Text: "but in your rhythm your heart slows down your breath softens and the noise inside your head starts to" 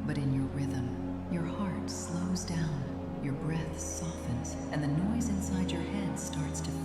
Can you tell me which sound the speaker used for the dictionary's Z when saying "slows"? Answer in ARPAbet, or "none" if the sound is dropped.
Z